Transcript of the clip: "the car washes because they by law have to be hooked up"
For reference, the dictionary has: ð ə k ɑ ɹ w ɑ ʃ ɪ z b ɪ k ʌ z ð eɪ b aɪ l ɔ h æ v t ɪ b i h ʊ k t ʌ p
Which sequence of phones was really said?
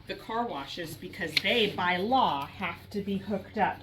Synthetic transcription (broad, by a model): ð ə k ɑ ɹ w ɑ ʃ ɪ z b ɪ k ʌ z ð eɪ b aɪ l ɔ h æ f t ɪ b i h ʊ k t ʌ p